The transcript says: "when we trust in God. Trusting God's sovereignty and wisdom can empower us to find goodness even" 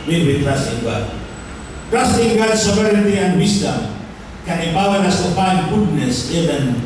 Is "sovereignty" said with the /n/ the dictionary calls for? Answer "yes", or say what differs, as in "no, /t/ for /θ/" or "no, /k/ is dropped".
no, /n/ is dropped